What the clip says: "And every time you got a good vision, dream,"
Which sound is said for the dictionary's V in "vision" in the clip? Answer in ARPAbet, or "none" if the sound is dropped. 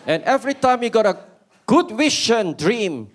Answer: W